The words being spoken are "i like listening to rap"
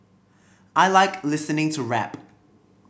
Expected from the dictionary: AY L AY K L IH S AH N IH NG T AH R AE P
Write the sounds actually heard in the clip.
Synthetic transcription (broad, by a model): AY L AY K L IH S AH N IH NG T AH R AE P